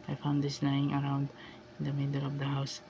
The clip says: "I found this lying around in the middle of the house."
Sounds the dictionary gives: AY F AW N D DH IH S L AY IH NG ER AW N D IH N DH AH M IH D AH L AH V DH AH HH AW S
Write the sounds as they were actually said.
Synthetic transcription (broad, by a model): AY F AW N D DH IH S N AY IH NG ER AW N D IH N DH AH M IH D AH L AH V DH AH HH AW S